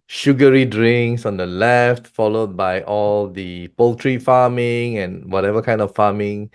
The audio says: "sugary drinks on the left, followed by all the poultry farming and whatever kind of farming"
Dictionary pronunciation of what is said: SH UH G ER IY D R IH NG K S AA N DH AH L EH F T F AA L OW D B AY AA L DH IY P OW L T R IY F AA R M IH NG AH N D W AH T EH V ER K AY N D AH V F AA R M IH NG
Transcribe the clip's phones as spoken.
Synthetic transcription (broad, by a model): SH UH G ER IY D R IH NG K S AA N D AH L EH F T F AA L OW D B AY AA L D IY P OW L T R IY F AA M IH NG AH N W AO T EH V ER K AY N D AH F F AA M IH NG